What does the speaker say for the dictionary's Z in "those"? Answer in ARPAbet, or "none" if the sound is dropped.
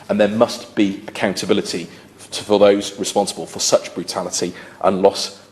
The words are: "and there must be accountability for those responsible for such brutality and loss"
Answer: Z